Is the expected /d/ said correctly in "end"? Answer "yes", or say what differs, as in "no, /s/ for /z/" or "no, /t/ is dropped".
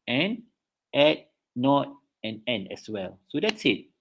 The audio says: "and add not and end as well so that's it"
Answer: no, /d/ is dropped